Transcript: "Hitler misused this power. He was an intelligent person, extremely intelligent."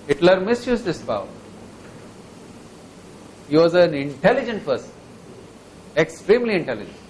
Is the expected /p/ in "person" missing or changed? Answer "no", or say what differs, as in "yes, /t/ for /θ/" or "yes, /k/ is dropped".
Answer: yes, /f/ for /p/